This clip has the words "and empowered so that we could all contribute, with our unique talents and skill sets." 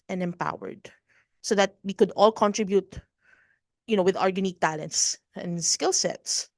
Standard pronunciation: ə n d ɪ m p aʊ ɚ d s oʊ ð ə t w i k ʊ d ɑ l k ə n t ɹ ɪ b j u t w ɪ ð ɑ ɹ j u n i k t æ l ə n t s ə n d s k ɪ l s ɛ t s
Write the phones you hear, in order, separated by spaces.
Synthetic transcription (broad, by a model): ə n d ɪ m p aʊ ɚ d s oʊ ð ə t w i k ʊ d ɑ l k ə n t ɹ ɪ b j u t w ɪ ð ɑ ɹ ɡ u n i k t æ l ə n t s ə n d s k ɪ l s ɛ t s